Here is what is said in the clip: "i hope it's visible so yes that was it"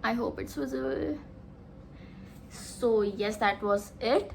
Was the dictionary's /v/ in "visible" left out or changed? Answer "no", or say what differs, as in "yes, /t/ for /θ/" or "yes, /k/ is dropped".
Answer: yes, /w/ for /v/